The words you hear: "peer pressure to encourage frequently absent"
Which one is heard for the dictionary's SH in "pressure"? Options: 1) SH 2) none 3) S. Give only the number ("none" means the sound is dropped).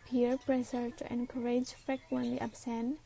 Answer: 3